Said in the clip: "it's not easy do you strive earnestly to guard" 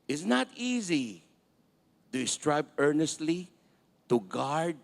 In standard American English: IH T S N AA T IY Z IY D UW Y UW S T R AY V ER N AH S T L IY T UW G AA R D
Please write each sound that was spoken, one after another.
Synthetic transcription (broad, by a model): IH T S N AA T IY Z IY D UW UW S T R AY B ER N AH S T L IY T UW G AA R D